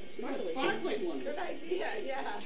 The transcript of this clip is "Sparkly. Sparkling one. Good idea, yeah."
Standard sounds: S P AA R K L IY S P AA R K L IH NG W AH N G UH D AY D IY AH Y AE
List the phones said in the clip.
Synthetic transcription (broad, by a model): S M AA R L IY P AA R L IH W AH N G UH D AY D IY AH Y AE